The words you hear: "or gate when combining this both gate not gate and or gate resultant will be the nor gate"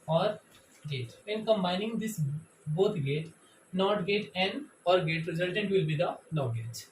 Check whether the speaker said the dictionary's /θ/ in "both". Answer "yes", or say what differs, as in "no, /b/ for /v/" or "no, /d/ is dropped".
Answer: no, /t/ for /θ/